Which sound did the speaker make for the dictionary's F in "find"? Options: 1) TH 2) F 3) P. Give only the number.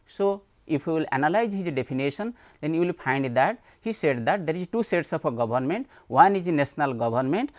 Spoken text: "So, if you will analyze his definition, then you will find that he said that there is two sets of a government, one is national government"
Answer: 3